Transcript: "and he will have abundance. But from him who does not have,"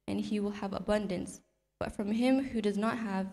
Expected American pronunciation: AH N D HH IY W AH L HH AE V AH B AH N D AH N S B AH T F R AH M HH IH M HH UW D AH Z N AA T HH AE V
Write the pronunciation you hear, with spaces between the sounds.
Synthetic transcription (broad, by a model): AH N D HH IY W AH L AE V AH B AH N D AH N S B AH T F R AH M HH IH M HH UW D AH Z N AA T HH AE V